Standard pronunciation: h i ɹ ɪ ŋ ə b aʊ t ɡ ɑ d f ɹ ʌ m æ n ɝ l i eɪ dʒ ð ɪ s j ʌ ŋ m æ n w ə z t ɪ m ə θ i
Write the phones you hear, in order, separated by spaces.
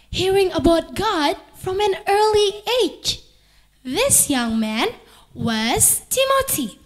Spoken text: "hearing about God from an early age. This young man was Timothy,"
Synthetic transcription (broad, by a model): h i ɹ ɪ ŋ ə b aʊ t ɡ ɑ d f ɹ ʌ m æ n ɝ l i eɪ dʒ ð ɪ s j ʌ ŋ m æ n w ə z t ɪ m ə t i